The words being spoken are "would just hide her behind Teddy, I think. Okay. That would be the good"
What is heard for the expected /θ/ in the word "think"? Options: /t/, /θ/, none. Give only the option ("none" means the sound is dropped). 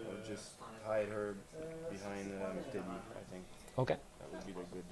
/θ/